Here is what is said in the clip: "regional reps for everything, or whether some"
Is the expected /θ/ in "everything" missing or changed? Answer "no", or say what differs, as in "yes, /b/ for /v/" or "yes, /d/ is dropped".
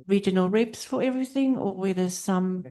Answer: no